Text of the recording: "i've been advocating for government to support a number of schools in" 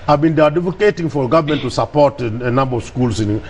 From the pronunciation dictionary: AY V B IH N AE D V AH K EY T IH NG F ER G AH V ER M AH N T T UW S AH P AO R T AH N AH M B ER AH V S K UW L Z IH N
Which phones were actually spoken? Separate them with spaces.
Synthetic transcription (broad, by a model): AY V B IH N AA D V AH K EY T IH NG F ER G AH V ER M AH N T T UW S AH P AO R T AH N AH M B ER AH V S K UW L S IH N